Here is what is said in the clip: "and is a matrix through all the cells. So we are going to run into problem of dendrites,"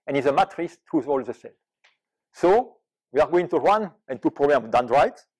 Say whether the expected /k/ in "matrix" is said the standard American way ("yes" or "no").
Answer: no